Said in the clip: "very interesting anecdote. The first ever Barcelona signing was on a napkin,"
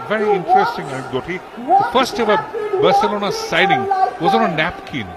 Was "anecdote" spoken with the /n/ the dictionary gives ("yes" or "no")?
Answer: no